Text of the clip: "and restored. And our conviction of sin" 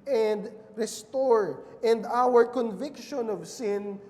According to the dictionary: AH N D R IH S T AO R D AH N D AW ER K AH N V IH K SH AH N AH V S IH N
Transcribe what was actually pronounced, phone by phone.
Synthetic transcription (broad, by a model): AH N D R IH S T AO R AH N D AW ER K AH N V IH K SH AH N AH V S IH N